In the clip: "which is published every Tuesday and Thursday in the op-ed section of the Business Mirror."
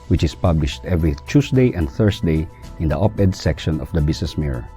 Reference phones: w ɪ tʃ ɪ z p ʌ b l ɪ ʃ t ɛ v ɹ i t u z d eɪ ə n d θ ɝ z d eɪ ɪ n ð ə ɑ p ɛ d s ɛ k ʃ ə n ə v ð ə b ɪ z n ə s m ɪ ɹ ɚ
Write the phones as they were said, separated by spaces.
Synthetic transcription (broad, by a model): w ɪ tʃ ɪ s p ʌ b l ɪ ʃ t ɛ v ɹ i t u s d eɪ ə n d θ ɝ s d eɪ ɪ n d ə ɑ p ɛ d s ɛ k ʃ ə n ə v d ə b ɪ s n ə s m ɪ ɹ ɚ